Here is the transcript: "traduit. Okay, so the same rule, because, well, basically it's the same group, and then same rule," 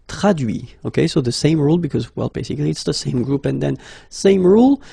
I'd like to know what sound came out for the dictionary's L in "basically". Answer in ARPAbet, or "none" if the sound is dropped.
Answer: L